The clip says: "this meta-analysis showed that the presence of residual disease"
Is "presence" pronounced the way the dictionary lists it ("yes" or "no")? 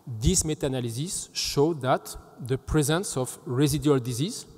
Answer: yes